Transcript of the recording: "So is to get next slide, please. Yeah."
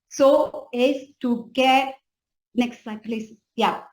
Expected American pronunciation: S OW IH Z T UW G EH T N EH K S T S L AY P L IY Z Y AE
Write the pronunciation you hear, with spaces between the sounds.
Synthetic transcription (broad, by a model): S OW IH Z T UW G EH T N EH K S T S AY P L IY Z Y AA